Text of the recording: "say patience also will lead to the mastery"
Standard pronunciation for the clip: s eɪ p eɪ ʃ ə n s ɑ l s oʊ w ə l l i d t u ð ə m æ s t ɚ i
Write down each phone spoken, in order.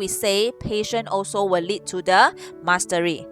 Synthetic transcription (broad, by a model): s eɪ p eɪ ʃ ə n ɑ l s oʊ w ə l l i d t u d ə m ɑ s t ɚ i